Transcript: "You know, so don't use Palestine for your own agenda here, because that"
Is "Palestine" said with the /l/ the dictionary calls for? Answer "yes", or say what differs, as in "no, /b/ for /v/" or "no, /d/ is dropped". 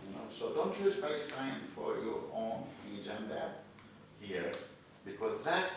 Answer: no, /l/ is dropped